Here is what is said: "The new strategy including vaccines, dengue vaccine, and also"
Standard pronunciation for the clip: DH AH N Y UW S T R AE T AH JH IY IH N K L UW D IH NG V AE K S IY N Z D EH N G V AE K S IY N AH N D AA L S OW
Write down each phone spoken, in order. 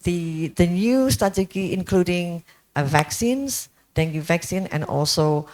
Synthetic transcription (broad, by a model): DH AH N Y UW S T AA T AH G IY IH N K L UW D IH NG V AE K S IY N S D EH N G V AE K S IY N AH N AA L S OW